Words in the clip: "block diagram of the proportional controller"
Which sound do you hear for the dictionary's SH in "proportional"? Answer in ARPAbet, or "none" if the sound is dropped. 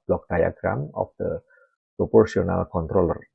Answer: S